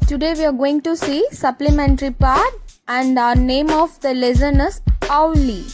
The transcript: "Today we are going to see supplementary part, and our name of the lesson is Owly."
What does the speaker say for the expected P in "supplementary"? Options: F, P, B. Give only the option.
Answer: P